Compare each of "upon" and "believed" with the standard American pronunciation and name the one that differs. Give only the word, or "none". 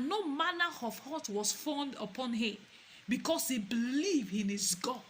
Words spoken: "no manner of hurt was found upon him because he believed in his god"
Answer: believed